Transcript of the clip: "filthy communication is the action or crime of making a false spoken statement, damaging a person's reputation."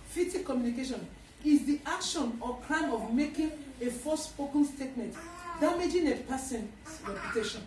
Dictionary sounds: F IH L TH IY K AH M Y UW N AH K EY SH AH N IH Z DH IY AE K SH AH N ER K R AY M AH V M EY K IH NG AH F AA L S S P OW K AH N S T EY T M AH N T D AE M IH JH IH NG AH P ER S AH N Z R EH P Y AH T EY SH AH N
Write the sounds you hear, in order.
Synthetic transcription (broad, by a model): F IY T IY K AH M Y UW N AH K EY SH AH N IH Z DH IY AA K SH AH N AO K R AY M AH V M EY K IH NG AH F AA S S P OW K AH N S T EY T M AH N T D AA M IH JH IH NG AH P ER S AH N S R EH P Y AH T EY SH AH N